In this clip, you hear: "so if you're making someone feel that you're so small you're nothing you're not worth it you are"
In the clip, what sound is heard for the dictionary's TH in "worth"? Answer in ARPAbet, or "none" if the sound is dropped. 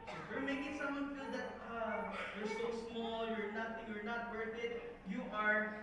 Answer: T